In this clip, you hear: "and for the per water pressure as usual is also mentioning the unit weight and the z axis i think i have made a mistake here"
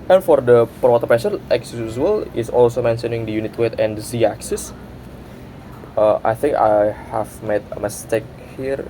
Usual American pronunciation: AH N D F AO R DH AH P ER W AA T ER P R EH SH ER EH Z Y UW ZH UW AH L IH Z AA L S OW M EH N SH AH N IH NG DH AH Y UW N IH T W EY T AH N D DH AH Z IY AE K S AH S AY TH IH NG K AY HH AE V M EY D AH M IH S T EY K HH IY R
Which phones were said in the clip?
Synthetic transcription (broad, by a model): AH N F AO R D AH P ER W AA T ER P EH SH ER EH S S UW S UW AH L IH S AA L S OW M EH N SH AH N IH NG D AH Y UW N IH T W EY T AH N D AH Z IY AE K S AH S AY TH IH NG K AY HH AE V M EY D AH M IH S T EY K HH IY R